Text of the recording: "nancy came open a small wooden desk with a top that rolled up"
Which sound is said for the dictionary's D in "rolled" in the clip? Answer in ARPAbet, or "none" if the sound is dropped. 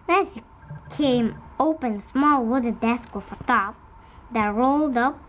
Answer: D